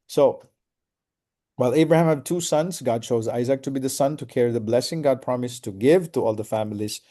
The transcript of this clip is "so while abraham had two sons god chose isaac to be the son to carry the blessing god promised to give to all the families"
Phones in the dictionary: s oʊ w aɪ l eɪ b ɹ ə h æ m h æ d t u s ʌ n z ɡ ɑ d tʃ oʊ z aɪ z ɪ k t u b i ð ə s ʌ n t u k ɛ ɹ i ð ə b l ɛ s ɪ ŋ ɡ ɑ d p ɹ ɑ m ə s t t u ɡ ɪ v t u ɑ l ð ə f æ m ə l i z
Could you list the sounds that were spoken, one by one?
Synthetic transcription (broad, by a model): s oʊ w aɪ l eɪ b ɹ ə h æ m h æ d t u s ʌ n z ɡ ɑ d tʃ oʊ z aɪ z ɪ k t u b i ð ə s ʌ n t u k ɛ ɹ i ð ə b l ɛ s ɪ ŋ ɡ ɑ d p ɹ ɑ m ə s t t u ɡ ɪ v t u ɑ l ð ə f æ m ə l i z